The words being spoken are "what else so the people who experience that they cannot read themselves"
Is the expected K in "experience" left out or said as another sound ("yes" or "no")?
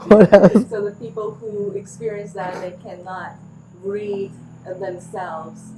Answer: no